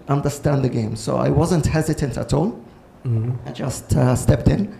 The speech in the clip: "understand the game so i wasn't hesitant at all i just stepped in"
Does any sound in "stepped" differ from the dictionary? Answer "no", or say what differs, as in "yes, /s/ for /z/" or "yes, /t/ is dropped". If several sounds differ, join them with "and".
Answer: no